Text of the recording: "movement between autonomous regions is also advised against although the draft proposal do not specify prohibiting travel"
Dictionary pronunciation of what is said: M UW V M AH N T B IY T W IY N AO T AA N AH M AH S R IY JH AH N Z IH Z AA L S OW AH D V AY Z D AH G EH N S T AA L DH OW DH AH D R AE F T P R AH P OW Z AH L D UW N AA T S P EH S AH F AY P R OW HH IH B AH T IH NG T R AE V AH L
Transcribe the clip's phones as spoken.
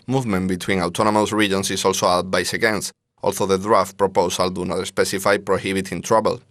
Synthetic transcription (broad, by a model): M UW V M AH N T B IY T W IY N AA T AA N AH M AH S R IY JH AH N S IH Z AA L S OW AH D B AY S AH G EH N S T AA L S OW DH AH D R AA F T P R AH P OW S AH L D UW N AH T S P EH S AH F AY P R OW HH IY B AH T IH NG T R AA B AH L